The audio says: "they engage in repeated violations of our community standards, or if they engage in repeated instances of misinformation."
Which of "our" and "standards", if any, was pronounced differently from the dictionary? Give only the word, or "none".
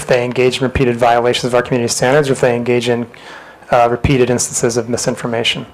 none